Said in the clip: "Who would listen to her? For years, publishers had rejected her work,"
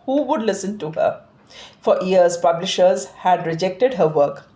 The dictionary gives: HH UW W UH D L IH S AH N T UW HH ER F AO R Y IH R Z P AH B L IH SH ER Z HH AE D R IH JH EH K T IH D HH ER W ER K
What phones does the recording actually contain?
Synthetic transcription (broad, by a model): HH UW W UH D L IH S AH N T UW HH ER F AO R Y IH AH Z P AH B L IH SH ER Z HH AE D R IH JH EH K T IH D HH ER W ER K